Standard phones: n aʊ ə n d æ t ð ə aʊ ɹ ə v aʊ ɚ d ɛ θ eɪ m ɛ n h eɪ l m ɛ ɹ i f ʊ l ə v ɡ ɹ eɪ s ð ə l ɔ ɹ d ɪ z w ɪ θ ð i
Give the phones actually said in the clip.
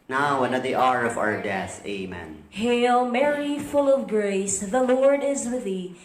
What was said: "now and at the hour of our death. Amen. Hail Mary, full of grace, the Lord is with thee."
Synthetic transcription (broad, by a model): n aʊ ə n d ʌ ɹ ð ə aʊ ɹ ə v aʊ ɚ d ɛ θ eɪ m ɛ n h eɪ l m ɛ ɹ i f ʊ l ə v ɡ ɹ eɪ s ð ə l ɔ ɹ d ɪ z w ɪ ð i